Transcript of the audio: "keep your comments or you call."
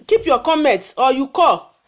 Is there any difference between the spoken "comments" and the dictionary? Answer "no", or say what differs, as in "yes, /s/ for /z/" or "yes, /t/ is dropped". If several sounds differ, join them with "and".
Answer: yes, /s/ is dropped